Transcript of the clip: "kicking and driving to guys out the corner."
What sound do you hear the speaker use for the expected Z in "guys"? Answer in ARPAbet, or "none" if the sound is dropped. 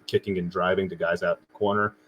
Z